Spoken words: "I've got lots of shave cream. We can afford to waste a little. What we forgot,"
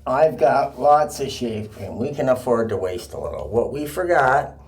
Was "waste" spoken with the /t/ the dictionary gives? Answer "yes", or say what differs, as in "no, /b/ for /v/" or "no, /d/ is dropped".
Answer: yes